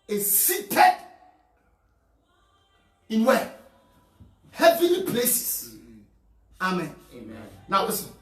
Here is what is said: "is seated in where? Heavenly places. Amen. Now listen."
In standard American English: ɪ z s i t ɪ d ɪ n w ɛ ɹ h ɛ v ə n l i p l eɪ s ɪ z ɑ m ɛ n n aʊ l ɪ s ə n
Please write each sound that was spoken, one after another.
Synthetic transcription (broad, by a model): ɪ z s i t ɪ d ɪ n w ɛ h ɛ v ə l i p l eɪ s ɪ s ɑ m ɛ n n aʊ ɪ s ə